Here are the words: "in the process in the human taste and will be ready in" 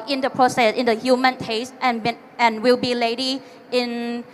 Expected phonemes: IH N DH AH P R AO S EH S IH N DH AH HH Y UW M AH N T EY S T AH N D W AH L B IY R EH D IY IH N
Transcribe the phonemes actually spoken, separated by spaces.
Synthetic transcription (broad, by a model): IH N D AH P R AO S EH S IH N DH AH HH Y UW M AH N T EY S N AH N W AH L B IY L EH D IY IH N